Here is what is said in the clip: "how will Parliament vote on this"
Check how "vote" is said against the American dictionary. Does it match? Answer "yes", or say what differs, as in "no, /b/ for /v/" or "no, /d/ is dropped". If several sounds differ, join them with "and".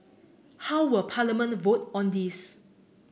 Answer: yes